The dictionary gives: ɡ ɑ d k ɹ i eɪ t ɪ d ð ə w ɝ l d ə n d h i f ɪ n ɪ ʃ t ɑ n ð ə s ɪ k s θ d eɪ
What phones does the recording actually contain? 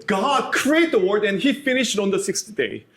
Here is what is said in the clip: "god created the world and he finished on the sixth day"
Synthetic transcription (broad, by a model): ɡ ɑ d k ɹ i eɪ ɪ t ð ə w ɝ d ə n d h i f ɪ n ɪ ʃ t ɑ n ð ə s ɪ k s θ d eɪ